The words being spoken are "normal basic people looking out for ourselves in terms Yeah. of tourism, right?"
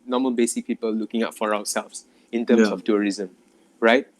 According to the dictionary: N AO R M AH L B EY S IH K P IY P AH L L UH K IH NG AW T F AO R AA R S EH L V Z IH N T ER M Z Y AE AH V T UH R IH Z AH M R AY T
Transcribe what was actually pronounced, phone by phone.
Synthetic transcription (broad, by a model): N AO M AH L B EY S IH K P IY P AH L L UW K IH NG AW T F AO R AA W S EH L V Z IH N T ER M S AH F T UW R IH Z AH M R AY T